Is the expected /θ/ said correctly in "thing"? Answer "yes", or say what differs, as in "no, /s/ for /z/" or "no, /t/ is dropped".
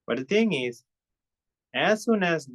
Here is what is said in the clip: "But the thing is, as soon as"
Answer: no, /t/ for /θ/